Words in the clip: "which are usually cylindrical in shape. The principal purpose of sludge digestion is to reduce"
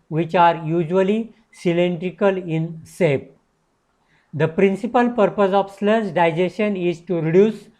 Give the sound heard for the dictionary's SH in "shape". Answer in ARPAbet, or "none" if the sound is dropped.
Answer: S